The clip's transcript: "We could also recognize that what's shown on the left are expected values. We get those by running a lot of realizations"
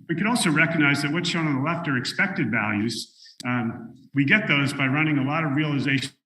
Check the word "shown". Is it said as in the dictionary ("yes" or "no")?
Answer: no